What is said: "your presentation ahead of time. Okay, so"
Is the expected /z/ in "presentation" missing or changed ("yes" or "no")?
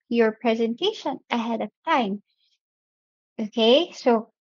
no